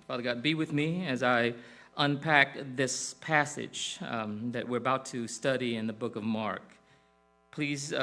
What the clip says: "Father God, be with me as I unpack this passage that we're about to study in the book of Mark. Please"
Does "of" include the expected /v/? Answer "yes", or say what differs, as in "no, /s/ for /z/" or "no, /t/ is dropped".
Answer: yes